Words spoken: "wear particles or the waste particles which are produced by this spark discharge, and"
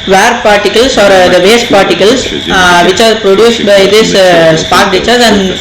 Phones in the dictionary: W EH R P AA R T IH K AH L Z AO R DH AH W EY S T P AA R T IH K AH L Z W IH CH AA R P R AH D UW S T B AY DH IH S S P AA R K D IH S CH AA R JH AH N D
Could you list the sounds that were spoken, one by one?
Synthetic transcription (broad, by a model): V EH R P AA R T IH K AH L S AO R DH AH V EY S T P AA R T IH K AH L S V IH CH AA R P R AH D UW S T B AY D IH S S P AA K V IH CH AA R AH N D